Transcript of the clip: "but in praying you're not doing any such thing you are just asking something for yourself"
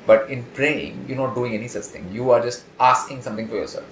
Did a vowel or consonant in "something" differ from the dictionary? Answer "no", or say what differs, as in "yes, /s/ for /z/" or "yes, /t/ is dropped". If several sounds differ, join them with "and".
yes, /t/ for /θ/